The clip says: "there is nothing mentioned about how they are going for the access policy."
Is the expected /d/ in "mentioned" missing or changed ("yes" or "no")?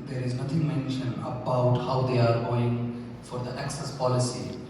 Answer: yes